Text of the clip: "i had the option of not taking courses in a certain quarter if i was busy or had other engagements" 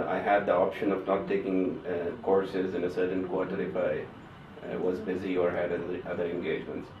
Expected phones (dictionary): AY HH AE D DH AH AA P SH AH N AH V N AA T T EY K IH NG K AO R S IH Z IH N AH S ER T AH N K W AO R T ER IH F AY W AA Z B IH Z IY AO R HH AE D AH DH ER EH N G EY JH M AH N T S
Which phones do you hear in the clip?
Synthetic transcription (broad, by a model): AY HH AE D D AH AA P SH AH N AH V N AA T T EY K IH NG K AO R S IH Z IH N AH S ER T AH N K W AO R T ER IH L AY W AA Z B IH Z IY AO R HH AE D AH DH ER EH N G EY JH M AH N T S